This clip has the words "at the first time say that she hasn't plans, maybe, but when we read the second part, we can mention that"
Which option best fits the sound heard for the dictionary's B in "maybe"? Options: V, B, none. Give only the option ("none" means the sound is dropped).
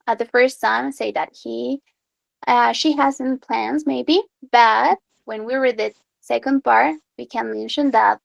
B